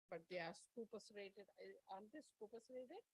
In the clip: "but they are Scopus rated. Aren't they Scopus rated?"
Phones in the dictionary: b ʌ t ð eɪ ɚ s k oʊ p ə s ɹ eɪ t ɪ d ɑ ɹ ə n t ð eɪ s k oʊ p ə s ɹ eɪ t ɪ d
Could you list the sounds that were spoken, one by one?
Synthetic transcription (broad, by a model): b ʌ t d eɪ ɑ s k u p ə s ɹ eɪ t ɪ d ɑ ə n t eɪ s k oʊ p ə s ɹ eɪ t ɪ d